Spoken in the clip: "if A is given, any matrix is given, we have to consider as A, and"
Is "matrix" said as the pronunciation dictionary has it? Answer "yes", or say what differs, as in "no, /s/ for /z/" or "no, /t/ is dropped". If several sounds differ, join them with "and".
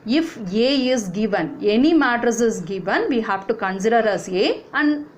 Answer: no, /ɹ/ is dropped